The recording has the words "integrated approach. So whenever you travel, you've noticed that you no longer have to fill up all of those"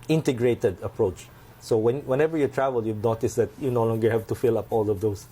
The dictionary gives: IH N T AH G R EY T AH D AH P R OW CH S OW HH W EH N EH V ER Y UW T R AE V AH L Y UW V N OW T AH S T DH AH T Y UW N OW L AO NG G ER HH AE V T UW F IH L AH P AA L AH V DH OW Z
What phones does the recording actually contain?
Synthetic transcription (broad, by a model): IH N T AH G R EY T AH D AH P R OW CH S OW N W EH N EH V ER Y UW T R AE V AH L Y UW V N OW T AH S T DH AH T Y UW N OW L AO NG G ER HH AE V T UW F IH L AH P AA L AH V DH OW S